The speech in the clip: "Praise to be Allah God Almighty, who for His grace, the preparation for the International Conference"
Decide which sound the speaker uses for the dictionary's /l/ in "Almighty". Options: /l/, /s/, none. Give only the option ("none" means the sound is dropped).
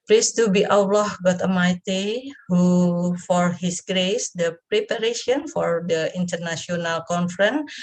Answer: none